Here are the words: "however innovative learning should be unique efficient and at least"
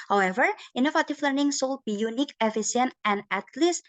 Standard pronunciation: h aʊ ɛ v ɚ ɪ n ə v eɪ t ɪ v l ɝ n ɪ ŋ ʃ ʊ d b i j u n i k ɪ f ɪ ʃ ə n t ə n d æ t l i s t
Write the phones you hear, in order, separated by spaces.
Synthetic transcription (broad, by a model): h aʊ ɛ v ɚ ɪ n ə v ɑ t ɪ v l ɝ n ɪ ŋ s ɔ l b i j u n i k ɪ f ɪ s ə n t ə n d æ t l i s